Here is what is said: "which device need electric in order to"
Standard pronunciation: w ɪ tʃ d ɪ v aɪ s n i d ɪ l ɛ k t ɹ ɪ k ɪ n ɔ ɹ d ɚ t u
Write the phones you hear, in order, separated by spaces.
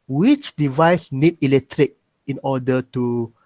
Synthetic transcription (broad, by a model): w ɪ tʃ d ɪ v aɪ s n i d ɪ l ɛ k t ɹ ɪ k ɪ n ɔ d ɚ t u